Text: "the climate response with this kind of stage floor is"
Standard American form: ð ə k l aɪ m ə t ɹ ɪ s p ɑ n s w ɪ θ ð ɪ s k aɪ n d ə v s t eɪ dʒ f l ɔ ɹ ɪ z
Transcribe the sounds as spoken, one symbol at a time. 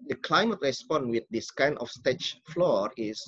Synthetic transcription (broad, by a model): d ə k l aɪ m ə t ɹ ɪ s p ɑ n w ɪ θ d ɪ s k aɪ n ə f s t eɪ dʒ f l ɔ ɹ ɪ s